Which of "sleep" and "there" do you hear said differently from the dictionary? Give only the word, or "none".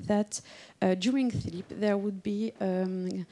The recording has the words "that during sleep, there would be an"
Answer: sleep